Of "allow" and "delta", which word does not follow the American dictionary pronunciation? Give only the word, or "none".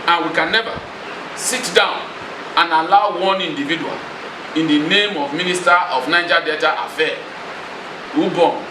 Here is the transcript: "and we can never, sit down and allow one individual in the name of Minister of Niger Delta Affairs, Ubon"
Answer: delta